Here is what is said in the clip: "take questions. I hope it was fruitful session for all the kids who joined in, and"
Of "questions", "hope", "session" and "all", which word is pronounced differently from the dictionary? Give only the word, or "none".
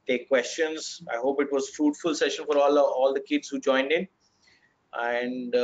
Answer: none